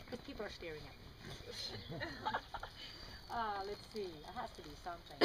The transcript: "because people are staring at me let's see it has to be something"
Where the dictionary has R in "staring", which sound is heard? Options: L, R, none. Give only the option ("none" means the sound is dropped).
R